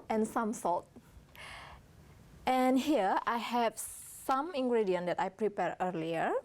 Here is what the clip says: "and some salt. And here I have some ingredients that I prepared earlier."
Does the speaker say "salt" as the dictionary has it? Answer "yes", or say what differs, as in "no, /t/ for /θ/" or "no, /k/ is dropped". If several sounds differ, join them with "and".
no, /l/ is dropped